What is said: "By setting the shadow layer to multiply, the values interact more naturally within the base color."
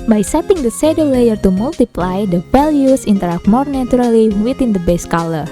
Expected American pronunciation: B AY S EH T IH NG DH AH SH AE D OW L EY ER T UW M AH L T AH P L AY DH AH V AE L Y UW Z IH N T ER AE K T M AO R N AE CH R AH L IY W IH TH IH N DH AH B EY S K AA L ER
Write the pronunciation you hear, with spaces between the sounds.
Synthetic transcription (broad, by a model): B AY S EH T IH NG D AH S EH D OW L EY ER T UW M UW L T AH P L AY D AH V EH L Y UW S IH N T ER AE K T M AO R N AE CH R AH L IY W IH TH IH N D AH B EY S K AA L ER